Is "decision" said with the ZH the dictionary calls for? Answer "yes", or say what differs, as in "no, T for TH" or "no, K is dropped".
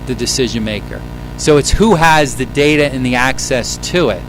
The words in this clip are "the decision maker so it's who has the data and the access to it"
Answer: yes